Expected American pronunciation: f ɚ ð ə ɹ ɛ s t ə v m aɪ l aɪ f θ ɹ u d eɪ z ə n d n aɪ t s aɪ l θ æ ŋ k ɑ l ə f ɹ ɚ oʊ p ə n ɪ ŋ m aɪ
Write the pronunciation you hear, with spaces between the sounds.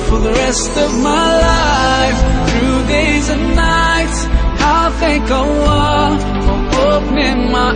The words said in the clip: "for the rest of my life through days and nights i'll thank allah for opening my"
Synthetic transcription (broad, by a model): f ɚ ð ə ɹ ɛ s t ə v m aɪ l aɪ f θ ɹ u d eɪ z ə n n aɪ t s aɪ θ æ ŋ k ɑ w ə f ɹ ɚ oʊ p ə n ɪ ŋ m aɪ